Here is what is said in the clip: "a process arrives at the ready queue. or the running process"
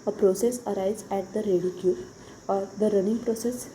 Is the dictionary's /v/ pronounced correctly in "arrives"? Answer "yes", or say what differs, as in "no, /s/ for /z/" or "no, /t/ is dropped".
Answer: no, /v/ is dropped